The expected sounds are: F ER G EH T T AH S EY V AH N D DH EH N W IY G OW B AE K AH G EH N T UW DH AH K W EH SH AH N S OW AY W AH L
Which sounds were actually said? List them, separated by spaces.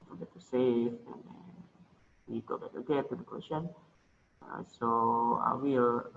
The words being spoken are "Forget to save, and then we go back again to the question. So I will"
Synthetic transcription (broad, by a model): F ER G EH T T AH S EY F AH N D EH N W IY G OW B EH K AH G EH T UW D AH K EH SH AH N S OW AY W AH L